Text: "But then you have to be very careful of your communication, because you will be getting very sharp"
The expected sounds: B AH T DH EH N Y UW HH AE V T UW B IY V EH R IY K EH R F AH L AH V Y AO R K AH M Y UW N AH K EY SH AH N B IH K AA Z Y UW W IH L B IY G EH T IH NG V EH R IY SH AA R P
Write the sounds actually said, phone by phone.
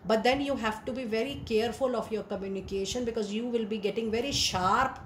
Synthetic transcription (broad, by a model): B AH T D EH N Y UW HH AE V T UW B IY V EH R IY K EH R F AH L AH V Y AO R K AH M Y UW N AH K EY SH AH N B IH K AA Z Y UW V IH L B IY G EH T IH NG V EH R IY SH AA R P